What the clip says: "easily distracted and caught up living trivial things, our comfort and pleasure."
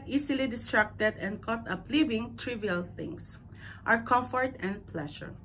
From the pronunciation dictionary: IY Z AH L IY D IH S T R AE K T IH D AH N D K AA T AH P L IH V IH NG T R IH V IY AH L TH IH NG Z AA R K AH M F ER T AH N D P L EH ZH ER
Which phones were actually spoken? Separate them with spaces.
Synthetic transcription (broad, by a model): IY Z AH L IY D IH S T R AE K T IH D AH N D K AA T AH P L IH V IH NG T R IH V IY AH L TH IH NG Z AA R K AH M F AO T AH N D P L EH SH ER